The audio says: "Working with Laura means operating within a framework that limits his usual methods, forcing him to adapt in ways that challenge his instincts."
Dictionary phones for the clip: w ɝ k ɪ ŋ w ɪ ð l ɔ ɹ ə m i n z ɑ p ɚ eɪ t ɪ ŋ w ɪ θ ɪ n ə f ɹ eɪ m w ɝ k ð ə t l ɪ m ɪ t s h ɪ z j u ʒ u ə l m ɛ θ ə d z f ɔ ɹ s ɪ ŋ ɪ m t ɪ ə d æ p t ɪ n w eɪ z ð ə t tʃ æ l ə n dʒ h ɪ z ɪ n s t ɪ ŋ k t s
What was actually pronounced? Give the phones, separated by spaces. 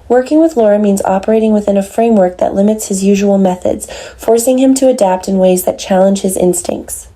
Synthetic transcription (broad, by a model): w ɝ k ɪ ŋ w ɪ ð l ɔ ɹ ə m i n z ɑ p ɚ eɪ t ɪ ŋ w ɪ θ ɪ n ə f ɹ eɪ m w ɝ k ð ə t l ɪ m ɪ t s h ɪ z j u ʒ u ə l m ɛ θ ə d z f ɔ ɹ s ɪ ŋ ɪ m t ɪ ə d æ p t ɪ n w eɪ z ð ə t tʃ æ l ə n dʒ h ɪ z ɪ n s t ɪ ŋ k t s